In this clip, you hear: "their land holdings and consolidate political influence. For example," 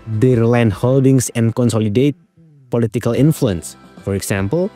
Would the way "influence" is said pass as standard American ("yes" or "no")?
yes